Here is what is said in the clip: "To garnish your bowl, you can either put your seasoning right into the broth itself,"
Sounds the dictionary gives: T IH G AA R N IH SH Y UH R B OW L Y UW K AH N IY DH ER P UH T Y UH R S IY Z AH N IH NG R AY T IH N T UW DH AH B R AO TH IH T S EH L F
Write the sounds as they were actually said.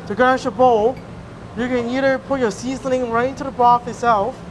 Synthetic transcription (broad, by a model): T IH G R IH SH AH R B OW L Y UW K AH N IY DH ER P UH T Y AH R S IY Z AH N IH NG R AY T IH N T UW DH AH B AO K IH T S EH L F